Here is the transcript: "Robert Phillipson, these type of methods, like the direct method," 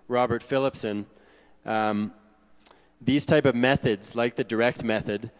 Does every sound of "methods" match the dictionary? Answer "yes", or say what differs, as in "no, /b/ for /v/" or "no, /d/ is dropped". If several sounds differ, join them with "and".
yes